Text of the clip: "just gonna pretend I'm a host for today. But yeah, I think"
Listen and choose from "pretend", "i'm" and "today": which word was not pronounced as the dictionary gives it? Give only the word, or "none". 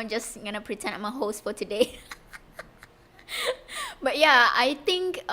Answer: pretend